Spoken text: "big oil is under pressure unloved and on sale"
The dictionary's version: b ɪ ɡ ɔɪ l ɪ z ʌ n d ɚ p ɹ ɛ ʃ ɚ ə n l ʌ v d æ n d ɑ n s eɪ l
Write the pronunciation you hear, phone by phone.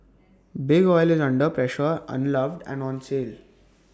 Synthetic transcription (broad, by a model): b ɪ ɡ ɔɪ l ɪ z ʌ n d ɚ p ɹ ɛ ʃ ɚ ə n l ʌ v d æ n d ɑ n s eɪ l